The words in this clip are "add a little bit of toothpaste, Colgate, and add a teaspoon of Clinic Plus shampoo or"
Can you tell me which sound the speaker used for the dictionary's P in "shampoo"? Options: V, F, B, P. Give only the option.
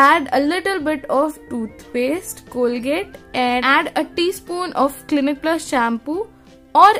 P